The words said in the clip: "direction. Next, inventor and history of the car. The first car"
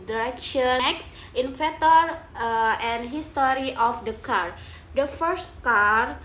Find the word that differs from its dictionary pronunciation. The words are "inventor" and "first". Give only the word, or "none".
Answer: inventor